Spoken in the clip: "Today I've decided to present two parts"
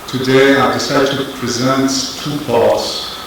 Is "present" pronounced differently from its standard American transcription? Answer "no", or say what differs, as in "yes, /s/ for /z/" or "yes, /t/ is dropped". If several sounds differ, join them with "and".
no